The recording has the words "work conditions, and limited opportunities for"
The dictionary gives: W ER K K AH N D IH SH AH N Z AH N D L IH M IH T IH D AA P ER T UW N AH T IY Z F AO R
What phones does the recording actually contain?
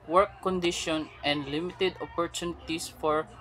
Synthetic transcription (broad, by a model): W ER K K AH N D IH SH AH N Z AH N D L IH M IH T IH D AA P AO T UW N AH T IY S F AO R